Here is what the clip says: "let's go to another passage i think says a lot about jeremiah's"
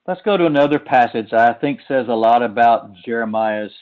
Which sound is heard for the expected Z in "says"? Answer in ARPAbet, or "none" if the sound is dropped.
Z